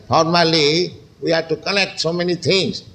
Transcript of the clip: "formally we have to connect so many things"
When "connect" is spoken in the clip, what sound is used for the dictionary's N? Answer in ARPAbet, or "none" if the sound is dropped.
L